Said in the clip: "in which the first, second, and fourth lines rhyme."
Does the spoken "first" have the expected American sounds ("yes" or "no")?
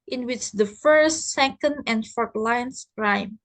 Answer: yes